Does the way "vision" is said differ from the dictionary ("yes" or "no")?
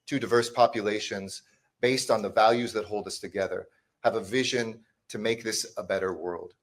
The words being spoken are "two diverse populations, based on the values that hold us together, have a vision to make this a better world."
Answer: no